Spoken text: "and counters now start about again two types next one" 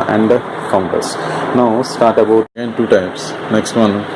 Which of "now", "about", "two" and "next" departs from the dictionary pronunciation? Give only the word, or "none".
about